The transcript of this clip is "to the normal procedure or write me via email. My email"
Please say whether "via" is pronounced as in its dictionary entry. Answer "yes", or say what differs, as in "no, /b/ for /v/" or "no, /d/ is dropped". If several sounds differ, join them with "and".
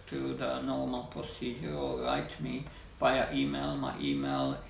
no, /p/ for /v/